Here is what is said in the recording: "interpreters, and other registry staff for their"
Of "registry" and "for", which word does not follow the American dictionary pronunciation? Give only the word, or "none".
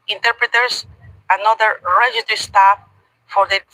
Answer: registry